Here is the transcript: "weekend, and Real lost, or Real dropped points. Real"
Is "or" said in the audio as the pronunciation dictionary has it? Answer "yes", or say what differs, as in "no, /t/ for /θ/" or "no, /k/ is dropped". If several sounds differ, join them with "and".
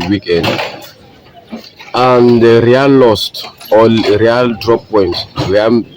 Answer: no, /l/ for /ɹ/